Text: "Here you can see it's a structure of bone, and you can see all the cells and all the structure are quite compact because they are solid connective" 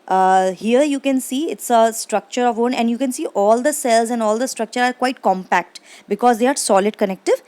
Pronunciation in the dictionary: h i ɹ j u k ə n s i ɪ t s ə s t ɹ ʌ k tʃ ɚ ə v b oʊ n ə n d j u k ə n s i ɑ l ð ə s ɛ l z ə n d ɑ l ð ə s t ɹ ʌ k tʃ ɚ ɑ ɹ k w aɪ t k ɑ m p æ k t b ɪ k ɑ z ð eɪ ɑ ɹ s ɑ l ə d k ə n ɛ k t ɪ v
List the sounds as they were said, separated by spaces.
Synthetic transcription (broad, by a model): h i ɹ j u k ə n s i ɪ t s ə s t ɹ ʌ k tʃ ɚ ə v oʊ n ə n d j u k ə n s i ɑ l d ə s ɛ l z ə n d ɑ l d ə s t ɹ ʌ k tʃ ɚ ɑ ɹ k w aɪ t k ɑ m p æ k t b ɪ k ɑ z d eɪ ɑ ɹ s ɑ l ə d k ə n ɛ k t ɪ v